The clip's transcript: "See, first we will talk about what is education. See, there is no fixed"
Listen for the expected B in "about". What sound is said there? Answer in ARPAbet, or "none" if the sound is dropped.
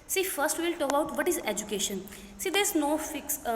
none